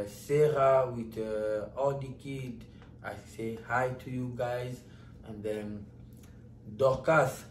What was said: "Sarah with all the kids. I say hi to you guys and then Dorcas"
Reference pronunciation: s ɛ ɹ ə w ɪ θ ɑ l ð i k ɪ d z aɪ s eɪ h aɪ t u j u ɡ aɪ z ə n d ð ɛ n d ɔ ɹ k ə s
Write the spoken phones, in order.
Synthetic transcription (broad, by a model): s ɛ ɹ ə w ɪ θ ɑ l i k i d aɪ s eɪ h aɪ t u j u ɡ aɪ z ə n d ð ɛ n d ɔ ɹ k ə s